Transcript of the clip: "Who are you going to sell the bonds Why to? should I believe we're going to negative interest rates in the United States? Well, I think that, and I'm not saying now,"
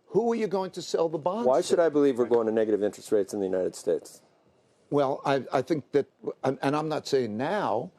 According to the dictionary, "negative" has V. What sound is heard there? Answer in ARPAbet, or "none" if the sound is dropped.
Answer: V